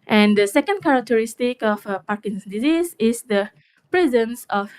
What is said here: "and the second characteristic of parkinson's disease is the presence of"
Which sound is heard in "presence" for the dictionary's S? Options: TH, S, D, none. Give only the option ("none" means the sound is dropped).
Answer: S